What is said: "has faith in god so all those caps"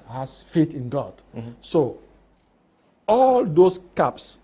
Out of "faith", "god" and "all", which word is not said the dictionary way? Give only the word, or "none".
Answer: faith